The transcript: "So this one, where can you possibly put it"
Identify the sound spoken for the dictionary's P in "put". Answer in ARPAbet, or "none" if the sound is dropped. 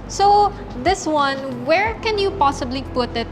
P